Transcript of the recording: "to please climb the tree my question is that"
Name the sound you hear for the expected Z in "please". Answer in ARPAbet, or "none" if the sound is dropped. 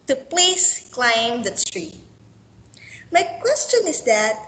S